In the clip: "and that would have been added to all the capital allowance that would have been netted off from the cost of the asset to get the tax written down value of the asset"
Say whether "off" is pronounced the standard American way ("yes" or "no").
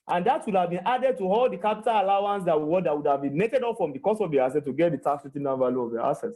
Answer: no